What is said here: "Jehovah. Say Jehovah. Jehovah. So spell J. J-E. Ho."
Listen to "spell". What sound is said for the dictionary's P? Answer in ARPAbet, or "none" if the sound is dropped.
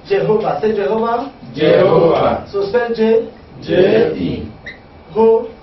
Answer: none